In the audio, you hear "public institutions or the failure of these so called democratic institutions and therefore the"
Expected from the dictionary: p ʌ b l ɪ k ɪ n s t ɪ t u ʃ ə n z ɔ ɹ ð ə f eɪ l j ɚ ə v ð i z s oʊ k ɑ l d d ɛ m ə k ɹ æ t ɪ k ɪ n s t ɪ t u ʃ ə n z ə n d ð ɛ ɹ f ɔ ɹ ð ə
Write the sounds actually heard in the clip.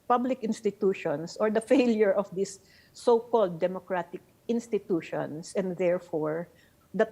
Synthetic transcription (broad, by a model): p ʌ b l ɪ k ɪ n s t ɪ t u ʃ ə n s ɔ ɹ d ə f eɪ l j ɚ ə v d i s oʊ k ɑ l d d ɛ m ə k ɹ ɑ t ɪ k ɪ n s t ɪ t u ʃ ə n s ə n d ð ɛ ɹ f ɔ ɹ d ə